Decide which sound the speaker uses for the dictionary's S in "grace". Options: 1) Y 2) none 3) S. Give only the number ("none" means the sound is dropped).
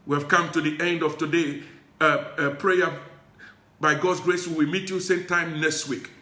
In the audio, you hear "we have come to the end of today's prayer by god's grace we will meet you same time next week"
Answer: 3